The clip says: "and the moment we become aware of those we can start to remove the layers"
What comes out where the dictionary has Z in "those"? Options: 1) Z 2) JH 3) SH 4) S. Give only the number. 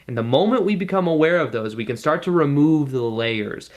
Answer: 1